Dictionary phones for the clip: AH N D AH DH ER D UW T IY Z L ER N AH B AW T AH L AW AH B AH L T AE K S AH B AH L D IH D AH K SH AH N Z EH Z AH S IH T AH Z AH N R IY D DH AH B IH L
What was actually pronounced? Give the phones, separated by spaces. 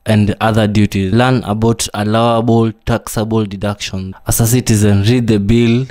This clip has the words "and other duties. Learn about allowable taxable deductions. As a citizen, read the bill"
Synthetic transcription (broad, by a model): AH N D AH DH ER D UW T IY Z L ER N AH B AW T AH L AW AH B AH L T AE K S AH B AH L D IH D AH K SH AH N AA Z AH S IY T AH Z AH N R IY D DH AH B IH L